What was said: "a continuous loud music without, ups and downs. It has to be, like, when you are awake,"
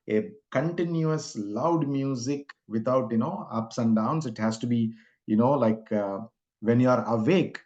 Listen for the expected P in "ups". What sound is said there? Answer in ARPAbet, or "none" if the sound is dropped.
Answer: P